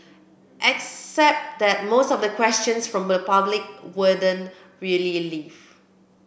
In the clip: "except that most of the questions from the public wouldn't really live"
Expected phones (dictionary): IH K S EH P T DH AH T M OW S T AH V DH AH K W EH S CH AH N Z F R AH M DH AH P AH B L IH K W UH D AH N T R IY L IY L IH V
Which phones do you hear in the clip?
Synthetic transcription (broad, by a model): IH K S EH P T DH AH T M OW S T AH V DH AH K W EH S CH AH N S F R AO M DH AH P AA B L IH K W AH D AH N R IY L IY L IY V